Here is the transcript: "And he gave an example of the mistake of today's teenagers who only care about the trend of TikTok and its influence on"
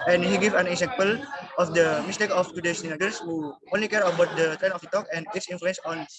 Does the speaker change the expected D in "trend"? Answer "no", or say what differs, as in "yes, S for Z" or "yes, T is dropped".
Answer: yes, D is dropped